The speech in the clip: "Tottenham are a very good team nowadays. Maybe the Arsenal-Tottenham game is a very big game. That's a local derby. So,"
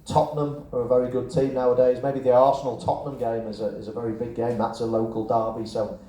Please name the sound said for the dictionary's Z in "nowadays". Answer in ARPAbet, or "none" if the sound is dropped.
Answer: Z